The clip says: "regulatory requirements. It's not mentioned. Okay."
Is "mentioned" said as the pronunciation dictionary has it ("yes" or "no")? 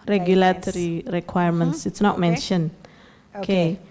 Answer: no